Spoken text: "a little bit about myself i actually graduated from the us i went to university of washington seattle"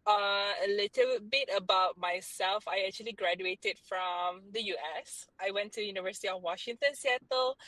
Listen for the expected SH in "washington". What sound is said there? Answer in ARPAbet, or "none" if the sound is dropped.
SH